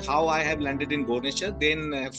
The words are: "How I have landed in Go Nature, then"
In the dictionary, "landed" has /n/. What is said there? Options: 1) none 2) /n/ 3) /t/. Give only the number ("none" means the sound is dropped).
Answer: 2